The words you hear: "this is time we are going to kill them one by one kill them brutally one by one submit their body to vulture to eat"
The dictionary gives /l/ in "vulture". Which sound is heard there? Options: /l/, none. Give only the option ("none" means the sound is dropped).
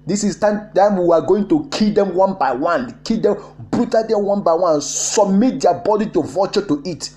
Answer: none